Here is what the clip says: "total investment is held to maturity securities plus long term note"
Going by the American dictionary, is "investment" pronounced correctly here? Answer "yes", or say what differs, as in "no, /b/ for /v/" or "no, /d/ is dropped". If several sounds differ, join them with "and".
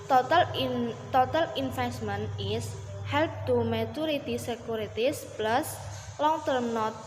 no, /f/ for /v/